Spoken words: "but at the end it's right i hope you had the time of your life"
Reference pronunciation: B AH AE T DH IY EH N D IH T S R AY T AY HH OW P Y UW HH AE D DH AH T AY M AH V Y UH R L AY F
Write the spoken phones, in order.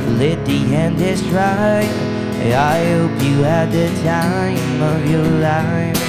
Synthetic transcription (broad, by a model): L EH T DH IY EH N D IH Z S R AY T AY HH OW P Y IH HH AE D DH AH T AY M AH V Y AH R L AY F